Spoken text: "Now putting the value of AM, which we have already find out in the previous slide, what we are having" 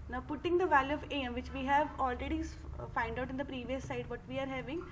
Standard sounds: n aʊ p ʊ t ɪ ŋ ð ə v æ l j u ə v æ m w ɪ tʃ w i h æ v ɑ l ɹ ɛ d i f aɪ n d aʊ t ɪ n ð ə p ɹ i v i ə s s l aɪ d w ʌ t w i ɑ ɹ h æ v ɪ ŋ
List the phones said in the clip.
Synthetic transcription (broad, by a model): n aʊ p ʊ t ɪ ŋ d ə v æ l j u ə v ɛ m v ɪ tʃ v i h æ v ɑ l ɹ ɛ d i f aɪ n d aʊ t ɪ n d ə p ɹ i v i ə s s aɪ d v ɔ t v i ɑ ɹ h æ v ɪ ŋ